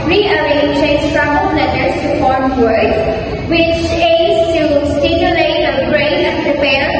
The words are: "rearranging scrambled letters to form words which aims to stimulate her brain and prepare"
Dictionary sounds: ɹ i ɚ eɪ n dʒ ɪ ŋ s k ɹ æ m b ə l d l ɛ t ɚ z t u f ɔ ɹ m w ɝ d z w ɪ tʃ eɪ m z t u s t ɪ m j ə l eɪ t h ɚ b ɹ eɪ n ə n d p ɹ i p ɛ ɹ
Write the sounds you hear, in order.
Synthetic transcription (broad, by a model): ɹ i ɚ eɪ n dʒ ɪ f ɹ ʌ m ə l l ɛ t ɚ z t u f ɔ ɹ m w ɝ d w ɪ tʃ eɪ z t u s t ɪ m j ə l eɪ t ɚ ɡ ɹ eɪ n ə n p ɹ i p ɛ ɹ